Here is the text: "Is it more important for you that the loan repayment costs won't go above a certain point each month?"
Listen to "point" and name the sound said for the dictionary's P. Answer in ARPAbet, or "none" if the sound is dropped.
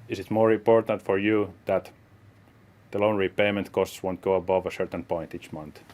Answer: P